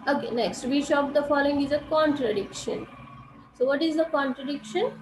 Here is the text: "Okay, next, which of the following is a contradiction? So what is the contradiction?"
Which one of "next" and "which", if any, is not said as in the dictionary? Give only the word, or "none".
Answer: which